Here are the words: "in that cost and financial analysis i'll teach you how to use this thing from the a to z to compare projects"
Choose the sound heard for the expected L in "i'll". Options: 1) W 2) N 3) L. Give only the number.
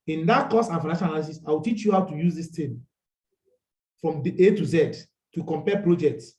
1